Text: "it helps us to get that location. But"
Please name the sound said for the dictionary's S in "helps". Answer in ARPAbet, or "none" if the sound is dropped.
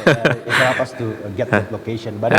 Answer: none